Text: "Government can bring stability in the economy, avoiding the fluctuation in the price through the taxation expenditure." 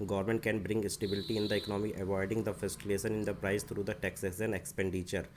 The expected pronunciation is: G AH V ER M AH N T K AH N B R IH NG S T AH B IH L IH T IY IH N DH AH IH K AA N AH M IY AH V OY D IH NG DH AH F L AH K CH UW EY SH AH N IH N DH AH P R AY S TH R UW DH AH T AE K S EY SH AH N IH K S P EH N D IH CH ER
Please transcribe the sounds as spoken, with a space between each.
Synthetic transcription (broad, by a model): G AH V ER M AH N T K AH N B R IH NG S T AH B IH L IH T IY IH N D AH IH K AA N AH M IY AH V OY D IH NG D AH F AH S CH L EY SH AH N IH N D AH P R AY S T R UW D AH T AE K S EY S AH N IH K S P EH N D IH CH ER